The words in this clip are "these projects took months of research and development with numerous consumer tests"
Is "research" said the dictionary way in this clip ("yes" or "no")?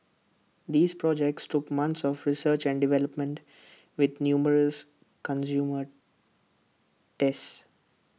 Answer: yes